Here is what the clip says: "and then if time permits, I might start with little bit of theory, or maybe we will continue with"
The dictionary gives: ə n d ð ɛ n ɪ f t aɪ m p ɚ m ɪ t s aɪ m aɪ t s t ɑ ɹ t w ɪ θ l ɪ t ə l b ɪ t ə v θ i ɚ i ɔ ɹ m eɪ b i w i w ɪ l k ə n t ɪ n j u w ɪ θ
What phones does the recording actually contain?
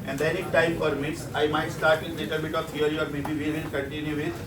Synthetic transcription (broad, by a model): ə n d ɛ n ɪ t t aɪ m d m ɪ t s aɪ m aɪ t s t ɑ ɹ t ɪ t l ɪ t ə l b ɪ t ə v t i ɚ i ɔ ɹ m eɪ b i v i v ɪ n k ə n t ɪ n j u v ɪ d